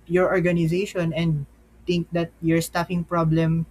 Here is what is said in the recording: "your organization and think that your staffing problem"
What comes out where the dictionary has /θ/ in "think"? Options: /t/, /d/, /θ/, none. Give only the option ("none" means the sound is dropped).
/t/